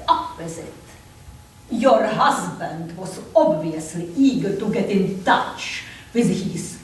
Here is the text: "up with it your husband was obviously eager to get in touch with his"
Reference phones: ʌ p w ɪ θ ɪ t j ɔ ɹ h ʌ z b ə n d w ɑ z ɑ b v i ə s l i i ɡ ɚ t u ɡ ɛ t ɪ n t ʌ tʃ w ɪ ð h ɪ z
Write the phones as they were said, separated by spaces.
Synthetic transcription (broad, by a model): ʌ p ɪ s ɪ t j ɔ ɹ h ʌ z b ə n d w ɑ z ɑ b v i ə s l i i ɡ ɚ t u ɡ ɛ t ɪ n t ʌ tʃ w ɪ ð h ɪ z